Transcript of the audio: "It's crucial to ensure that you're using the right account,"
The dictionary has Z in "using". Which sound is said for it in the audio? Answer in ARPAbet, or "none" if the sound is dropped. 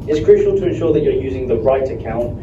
Z